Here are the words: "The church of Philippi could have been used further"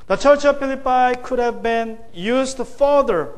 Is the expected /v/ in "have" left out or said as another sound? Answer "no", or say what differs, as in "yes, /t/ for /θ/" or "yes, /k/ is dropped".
no